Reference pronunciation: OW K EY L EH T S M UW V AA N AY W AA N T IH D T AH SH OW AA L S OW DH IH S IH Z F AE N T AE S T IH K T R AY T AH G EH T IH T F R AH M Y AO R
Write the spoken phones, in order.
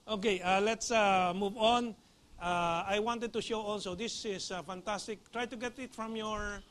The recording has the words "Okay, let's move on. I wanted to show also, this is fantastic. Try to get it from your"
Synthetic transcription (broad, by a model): OW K EY L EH T S M UW V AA N AY W AA N T IH D T AH SH OW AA N S OW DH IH S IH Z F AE N T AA S T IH K T R AY T AH G EH T IH T F R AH M Y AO R